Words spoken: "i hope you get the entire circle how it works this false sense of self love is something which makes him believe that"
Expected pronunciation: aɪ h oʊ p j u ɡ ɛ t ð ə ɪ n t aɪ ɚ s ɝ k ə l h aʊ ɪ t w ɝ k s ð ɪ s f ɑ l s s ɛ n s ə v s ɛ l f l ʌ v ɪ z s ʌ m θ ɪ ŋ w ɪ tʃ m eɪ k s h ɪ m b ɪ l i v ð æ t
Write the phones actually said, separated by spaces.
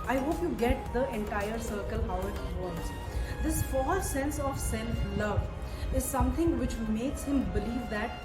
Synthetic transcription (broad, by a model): aɪ h oʊ p j u ɡ ɛ t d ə ɪ n t aɪ ɚ s ɝ k ə l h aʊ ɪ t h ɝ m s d ɪ s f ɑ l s s ɛ n s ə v s ɛ l f l ʌ v ɪ z s ʌ m t ɪ ŋ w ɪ tʃ m eɪ k s h ɪ m b ɪ l i v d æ t